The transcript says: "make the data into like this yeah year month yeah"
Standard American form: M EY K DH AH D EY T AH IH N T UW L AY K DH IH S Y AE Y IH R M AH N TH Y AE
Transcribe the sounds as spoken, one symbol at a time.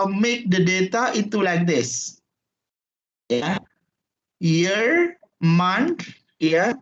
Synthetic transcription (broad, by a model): M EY K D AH D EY T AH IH T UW L AY K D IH S Y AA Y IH R M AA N T Y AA